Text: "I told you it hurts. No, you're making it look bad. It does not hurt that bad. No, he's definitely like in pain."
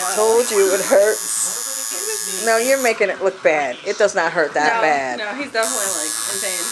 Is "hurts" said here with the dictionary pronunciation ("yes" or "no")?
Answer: no